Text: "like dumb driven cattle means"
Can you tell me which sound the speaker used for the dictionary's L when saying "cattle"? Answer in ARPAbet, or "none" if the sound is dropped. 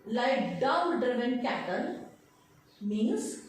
N